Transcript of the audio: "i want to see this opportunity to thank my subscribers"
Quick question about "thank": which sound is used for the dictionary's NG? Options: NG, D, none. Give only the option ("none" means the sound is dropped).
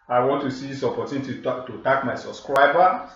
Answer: none